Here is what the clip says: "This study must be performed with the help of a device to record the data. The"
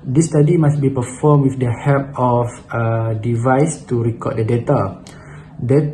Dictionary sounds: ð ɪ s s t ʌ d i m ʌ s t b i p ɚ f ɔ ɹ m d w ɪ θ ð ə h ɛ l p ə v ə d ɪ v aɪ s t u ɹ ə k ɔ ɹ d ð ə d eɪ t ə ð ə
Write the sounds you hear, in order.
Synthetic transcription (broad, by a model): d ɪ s s t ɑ d i m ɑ s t b i p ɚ f ɔ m w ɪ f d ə h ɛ p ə f ə d ɪ v aɪ s t u ɹ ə k ɔ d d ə d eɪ t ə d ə